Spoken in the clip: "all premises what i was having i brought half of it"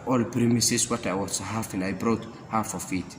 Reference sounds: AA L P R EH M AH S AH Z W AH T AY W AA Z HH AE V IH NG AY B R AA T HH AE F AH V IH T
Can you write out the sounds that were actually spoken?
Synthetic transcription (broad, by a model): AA L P R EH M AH S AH S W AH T AY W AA S HH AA F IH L AY B R AA T HH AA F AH F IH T